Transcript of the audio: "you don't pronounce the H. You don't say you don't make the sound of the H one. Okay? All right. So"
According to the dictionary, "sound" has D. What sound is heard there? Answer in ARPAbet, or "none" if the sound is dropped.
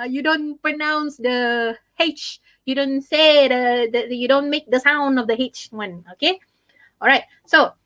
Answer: D